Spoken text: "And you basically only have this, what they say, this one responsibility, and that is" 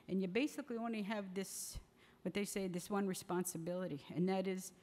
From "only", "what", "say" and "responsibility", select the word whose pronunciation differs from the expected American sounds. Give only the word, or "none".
none